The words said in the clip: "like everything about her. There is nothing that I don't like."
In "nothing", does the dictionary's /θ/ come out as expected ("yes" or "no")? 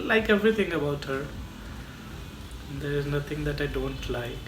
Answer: no